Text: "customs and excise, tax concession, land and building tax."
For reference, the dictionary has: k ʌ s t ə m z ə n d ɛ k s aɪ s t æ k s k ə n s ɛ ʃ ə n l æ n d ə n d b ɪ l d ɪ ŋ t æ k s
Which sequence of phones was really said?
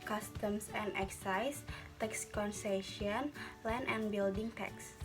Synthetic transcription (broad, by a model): k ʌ s t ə m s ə n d ɛ k s aɪ s t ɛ k s k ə n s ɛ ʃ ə n l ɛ n ə n b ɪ l d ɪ ŋ t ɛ k s